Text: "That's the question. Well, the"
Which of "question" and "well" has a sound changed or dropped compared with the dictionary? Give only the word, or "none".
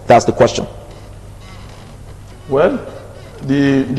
none